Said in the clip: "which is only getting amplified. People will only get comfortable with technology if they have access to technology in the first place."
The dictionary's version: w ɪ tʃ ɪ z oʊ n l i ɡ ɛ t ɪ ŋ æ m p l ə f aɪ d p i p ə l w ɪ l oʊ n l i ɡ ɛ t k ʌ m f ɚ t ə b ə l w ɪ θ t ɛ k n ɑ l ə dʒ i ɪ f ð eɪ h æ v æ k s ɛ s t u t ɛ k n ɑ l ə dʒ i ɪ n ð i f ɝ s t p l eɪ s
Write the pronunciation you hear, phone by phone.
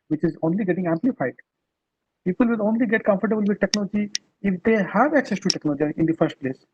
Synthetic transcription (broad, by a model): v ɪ tʃ ɪ z oʊ n l i ɡ ɛ t ɪ ŋ æ m p l ə f aɪ d p i p ə l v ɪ l oʊ n l i ɡ ɛ t k ʌ m f ɚ t ə b ə l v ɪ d t ɛ k n ɑ l ə dʒ i ɪ f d eɪ h æ v æ k s ɛ s t u t ɛ k n ɑ l ə dʒ i ɪ n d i f ɝ s t p l eɪ s